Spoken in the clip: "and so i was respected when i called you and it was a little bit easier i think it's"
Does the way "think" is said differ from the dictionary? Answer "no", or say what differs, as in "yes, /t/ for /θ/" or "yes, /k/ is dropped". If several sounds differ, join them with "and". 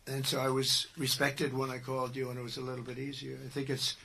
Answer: no